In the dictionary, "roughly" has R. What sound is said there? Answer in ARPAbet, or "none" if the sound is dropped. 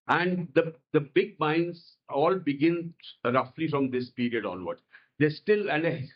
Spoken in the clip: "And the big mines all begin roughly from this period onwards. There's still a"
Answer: R